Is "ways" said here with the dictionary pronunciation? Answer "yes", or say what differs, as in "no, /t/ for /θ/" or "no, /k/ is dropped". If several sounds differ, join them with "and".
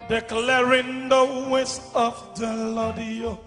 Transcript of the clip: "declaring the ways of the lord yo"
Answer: no, /s/ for /z/